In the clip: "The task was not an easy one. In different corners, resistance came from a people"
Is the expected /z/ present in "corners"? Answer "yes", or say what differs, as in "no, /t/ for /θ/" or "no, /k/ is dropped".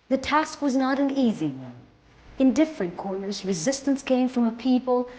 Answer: yes